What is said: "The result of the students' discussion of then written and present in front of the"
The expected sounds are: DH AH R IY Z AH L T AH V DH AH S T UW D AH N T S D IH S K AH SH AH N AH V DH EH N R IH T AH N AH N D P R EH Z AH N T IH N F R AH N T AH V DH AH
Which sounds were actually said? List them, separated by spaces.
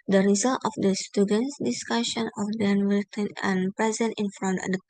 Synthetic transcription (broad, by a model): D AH R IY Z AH L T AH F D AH S T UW D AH N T S D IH S K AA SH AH N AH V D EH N W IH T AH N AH N P R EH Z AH N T IH N F R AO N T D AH